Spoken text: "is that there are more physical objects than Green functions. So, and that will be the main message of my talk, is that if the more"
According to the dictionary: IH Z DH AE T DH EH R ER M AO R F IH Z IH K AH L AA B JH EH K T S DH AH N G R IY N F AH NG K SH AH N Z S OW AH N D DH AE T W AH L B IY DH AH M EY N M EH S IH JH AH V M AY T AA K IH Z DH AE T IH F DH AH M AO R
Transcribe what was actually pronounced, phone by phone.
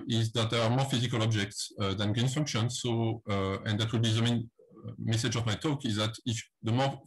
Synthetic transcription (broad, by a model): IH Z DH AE T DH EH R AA M AO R F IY Z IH K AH L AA B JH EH K T S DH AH N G IY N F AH NG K SH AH N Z S OW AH N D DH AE T W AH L B IY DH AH M EY N M EH S IH JH AH V M AY T AA K IH Z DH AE T IH F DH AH M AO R